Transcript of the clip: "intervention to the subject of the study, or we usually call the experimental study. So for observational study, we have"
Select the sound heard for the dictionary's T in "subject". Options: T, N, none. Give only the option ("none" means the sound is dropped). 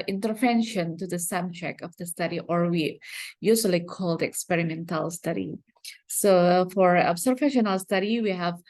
none